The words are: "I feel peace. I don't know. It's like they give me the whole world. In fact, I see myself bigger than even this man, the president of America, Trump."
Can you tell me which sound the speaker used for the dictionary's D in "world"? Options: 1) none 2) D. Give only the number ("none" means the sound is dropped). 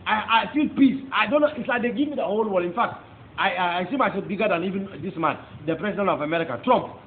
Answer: 1